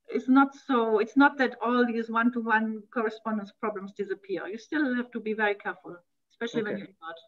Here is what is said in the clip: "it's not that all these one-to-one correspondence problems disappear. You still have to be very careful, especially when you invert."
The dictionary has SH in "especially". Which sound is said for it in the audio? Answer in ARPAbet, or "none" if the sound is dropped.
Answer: SH